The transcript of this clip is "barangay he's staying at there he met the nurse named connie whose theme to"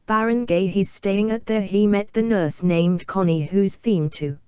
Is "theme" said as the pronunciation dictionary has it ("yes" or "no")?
yes